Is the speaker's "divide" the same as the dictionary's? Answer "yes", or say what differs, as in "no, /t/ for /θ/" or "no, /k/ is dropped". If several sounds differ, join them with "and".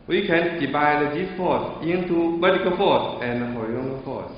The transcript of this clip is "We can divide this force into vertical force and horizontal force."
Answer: no, /b/ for /v/